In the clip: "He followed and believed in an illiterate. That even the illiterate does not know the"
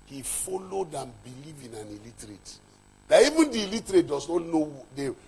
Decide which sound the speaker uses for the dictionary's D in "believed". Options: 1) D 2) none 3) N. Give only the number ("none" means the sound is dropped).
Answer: 2